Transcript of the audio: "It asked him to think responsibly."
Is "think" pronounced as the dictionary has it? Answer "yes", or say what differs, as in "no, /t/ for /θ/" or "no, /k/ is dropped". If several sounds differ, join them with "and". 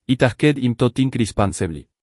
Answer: no, /t/ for /θ/